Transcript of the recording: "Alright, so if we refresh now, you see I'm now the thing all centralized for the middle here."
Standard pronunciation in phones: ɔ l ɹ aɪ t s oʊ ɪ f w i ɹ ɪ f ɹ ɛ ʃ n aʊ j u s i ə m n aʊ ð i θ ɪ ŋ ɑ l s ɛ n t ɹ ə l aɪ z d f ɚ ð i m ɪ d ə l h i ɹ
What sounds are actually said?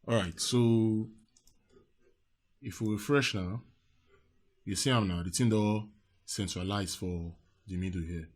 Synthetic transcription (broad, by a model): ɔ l ɹ aɪ t s oʊ ɪ f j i ɹ ɪ f ɹ ɛ ʃ n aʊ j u s i ə m n aʊ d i t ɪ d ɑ s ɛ n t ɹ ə l aɪ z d f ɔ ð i m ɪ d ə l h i